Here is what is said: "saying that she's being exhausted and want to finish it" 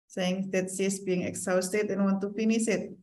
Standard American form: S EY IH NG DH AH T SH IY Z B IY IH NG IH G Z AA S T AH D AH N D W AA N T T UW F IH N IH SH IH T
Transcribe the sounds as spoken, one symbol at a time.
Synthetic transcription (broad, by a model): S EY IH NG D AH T S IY S B IY IH NG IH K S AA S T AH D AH N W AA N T T UW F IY N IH S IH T